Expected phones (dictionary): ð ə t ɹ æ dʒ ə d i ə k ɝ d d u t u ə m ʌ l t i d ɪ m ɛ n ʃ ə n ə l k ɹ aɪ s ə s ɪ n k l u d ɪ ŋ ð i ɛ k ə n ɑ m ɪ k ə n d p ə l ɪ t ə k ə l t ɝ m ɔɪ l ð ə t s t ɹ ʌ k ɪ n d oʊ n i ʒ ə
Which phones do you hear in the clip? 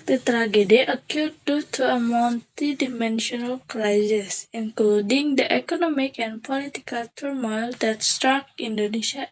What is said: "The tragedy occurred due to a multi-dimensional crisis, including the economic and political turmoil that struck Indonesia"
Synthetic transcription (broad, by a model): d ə t ɹ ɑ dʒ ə d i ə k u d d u t u ə m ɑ n t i d ɪ m ɛ n ʃ ə n ə l k ɹ aɪ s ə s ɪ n k l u d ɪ ŋ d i ɛ k ə n ɑ m ɪ k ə n p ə l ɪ t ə k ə l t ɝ m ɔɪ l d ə t s t ɹ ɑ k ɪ n d oʊ n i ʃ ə